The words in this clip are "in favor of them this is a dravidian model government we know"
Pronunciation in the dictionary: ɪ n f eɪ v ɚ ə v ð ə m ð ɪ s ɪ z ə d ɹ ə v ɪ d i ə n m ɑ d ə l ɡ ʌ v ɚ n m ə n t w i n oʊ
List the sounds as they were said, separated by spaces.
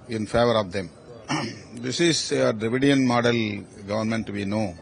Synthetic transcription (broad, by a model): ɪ n f eɪ v ɚ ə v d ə m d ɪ s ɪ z ə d ɹ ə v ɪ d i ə n m ɑ d ə l ɡ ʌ v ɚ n m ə n t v i n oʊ